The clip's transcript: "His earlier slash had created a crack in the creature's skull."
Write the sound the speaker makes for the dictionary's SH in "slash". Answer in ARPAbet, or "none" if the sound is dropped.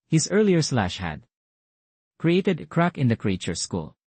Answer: SH